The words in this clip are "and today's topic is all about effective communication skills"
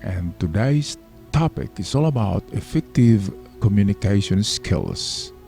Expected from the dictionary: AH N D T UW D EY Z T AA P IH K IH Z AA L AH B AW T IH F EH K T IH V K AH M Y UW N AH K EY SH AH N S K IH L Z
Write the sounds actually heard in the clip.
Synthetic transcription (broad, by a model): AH N T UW D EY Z T AA P IH K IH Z AA L AH B AW T IH F EH K T IH V K AH M Y UW N AH K EY SH AH N S K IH L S